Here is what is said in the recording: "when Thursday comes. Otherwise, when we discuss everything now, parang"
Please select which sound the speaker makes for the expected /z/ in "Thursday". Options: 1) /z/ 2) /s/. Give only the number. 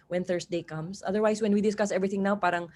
2